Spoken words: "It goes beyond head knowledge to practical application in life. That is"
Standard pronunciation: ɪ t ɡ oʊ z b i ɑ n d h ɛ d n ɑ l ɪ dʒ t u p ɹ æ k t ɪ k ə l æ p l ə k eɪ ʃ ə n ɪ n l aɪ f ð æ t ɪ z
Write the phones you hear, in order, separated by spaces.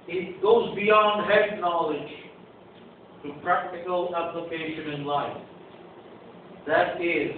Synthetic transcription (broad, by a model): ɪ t ɡ oʊ z b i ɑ n d h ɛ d n ɑ l ɪ dʒ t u p ɹ æ k t ɪ k ə l æ p l ə k eɪ ʃ ə n ɪ n l aɪ f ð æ t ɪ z